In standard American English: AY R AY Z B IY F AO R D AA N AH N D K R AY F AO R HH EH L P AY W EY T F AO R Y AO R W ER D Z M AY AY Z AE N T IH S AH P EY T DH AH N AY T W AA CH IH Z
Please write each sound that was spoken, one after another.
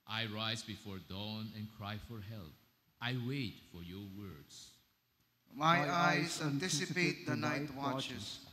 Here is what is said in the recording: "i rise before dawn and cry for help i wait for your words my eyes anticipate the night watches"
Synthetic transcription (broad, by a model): AY R AY Z B IY F AO R D AA N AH N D K R AY F AO R HH EH L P AY W EY T F AO R Y AO R W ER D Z M AY AY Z AE N T IH S AH P EY T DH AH N AY T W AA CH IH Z